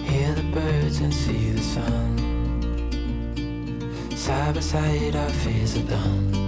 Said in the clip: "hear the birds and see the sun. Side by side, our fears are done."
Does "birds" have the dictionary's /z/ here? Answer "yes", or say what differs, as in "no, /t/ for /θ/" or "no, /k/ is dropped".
yes